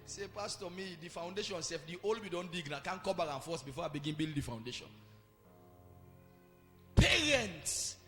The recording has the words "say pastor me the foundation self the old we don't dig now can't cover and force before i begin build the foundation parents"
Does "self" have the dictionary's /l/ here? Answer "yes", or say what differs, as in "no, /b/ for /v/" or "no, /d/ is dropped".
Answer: no, /l/ is dropped